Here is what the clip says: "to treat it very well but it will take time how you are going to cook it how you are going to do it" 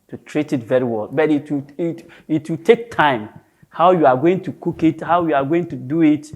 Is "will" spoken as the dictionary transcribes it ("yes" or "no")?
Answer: no